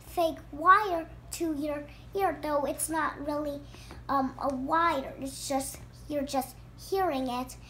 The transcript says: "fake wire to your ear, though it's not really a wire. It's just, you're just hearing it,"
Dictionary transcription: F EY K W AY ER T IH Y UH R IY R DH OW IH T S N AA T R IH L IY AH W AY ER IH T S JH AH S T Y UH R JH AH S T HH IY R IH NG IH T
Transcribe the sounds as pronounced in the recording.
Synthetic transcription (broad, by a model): F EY K W AY ER T IH Y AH R IY R DH OW IH T S N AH T R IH L IY AH W AY ER IH T S JH AH S T Y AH R JH AH S T HH IY R IH NG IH T